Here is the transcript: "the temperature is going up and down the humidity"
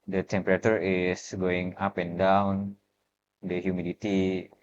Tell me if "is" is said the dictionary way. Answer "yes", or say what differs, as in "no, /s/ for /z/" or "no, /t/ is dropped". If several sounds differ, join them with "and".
no, /s/ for /z/